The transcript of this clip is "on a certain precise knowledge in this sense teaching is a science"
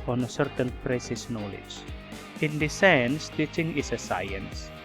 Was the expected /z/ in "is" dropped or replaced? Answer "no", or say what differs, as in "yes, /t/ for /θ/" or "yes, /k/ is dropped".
yes, /s/ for /z/